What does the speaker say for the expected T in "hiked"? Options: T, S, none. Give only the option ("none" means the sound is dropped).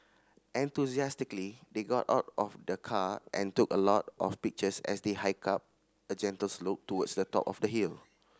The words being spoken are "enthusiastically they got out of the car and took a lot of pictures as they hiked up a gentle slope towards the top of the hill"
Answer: none